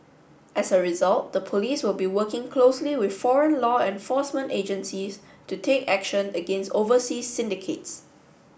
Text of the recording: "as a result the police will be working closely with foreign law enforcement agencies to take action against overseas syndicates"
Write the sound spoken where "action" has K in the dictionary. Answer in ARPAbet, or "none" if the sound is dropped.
K